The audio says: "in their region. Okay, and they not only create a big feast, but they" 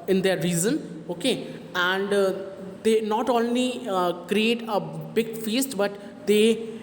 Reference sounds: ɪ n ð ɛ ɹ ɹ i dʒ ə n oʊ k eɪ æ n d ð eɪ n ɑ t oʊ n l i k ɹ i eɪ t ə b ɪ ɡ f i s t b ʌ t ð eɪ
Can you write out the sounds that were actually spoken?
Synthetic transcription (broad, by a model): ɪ n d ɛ ɹ ɹ i z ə n oʊ k eɪ æ n d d eɪ n ɑ t oʊ n l i k ɹ i eɪ t ə b ɪ ɡ f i s t b ʌ t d eɪ